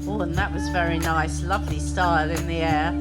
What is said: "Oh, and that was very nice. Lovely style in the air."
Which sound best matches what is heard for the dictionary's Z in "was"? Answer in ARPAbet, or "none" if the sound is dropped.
Z